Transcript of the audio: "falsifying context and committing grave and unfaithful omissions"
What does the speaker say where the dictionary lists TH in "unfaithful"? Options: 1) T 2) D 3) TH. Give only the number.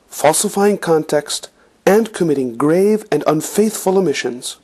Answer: 3